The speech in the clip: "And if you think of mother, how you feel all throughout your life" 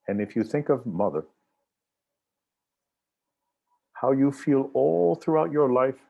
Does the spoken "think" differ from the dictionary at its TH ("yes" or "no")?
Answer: no